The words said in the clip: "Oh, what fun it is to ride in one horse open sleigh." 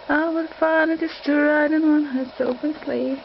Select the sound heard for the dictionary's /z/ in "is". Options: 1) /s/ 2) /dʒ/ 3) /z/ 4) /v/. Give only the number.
1